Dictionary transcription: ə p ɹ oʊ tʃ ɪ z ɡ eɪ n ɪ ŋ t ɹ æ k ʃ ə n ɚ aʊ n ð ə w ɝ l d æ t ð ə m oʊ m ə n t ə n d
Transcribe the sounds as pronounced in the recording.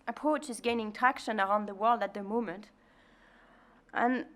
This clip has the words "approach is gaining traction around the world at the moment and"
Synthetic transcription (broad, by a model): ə p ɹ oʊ tʃ ɪ z ɡ eɪ n ɪ ŋ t æ k ʃ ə n ɚ aʊ n ð ə w ɝ l d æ t ð ə m oʊ m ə n t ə n